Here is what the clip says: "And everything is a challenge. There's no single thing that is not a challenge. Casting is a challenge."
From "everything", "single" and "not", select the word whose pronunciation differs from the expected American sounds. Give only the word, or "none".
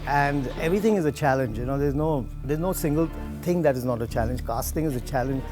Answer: everything